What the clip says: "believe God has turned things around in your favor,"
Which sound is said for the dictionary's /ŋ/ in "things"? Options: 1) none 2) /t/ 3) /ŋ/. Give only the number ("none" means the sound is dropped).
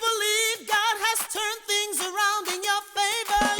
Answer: 3